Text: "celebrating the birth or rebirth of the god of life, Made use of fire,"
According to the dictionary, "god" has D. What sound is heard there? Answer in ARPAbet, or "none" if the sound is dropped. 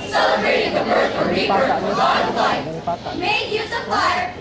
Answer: none